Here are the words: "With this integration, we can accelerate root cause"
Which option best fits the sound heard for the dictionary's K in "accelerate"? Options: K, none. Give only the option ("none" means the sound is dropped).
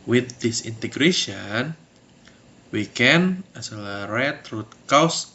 none